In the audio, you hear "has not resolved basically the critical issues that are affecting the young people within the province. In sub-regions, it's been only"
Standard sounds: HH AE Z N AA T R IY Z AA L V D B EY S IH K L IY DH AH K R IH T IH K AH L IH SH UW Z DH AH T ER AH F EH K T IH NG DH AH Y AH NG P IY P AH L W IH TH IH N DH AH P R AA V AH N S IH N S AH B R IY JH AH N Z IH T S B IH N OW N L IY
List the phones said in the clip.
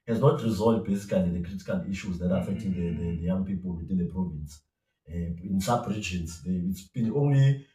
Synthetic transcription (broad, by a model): HH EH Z N AA T R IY Z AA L D B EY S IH K L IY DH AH K R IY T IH K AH L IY SH UW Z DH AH T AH F EH K T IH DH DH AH Y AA NG P IY P AH L W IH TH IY N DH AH P R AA V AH N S IH N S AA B R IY JH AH N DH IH T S B IH N OW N L IY